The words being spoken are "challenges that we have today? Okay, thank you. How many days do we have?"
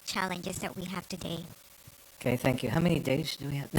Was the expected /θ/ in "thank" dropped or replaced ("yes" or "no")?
no